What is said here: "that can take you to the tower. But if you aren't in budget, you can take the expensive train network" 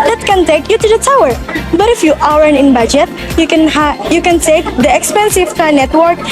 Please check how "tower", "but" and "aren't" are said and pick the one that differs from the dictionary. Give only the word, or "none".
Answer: aren't